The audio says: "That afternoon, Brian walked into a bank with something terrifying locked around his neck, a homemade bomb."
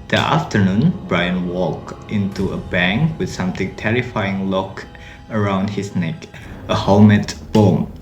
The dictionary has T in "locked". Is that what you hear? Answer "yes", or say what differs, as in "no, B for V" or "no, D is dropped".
no, T is dropped